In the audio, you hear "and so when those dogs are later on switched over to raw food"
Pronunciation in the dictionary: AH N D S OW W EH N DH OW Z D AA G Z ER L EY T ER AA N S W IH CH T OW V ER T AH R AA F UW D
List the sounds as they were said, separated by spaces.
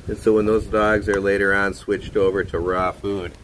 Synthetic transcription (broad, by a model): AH N S OW W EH N DH OW Z D AA G Z ER L EY T ER AA N S W IH CH T OW V ER T AH R AA F UW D